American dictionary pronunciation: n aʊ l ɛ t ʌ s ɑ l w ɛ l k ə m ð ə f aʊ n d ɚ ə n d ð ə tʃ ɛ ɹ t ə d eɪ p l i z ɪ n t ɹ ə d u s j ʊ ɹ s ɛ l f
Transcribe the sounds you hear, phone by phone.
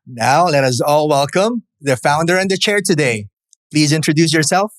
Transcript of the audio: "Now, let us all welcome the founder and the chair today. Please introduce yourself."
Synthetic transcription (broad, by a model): n aʊ l ɛ t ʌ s ɑ l w ɛ l k ə m ð ə f aʊ n d ɚ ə n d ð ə tʃ ɛ ɹ t ə d eɪ p l i z ɪ n t ɹ ə d u s j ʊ ɹ s ɛ l f